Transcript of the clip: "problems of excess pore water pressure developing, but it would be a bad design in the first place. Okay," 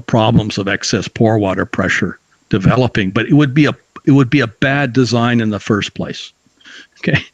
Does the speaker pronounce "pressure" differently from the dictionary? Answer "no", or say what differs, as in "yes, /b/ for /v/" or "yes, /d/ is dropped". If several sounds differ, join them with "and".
no